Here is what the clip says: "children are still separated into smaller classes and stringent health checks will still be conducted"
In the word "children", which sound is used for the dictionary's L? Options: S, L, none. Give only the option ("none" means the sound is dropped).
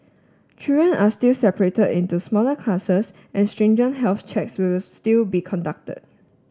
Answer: none